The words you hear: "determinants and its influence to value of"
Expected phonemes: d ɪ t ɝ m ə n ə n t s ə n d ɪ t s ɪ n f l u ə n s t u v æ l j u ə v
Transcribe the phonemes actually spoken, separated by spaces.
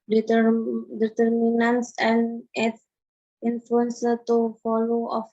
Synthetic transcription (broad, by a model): d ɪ t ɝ m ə n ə n s ə n d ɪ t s ɪ n f l u ə n s t u f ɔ l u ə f